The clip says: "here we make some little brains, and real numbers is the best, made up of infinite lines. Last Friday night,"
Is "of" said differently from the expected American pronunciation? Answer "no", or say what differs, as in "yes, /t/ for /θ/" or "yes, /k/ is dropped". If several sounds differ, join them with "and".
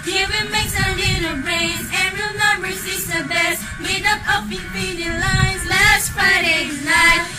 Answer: yes, /p/ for /v/